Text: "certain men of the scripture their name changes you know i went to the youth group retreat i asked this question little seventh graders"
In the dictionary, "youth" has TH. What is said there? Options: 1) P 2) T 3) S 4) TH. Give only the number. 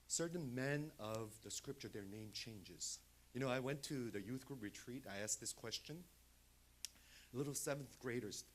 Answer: 4